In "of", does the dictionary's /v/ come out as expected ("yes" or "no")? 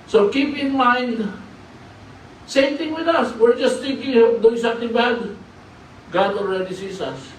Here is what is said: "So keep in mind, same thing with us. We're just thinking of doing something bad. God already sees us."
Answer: no